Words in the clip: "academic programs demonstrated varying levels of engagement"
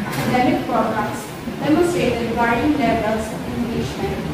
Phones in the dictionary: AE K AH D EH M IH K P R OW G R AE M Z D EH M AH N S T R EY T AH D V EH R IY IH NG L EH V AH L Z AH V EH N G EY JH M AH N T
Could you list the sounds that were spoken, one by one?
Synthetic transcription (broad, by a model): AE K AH D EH M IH K P R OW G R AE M S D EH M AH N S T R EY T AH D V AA IY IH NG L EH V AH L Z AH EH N G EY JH M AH N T